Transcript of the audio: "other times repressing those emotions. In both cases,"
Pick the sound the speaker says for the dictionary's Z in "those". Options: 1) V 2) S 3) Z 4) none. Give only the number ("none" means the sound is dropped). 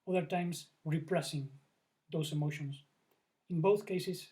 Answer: 2